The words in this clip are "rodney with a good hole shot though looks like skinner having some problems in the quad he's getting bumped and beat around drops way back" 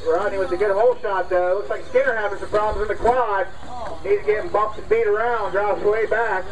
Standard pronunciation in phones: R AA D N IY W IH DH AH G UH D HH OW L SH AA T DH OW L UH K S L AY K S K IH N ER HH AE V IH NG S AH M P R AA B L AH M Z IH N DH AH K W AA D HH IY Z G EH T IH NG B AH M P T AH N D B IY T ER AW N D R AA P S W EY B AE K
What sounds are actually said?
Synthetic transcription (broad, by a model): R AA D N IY W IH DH AH G UH D HH OW L SH AA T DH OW L UH K S L AY K S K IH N ER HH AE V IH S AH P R AA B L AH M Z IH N DH AH K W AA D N IY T G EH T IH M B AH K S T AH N B IY T ER AW N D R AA S W EY B AE K